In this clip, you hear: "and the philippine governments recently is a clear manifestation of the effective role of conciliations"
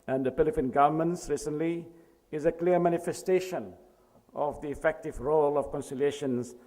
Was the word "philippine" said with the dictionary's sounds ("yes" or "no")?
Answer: no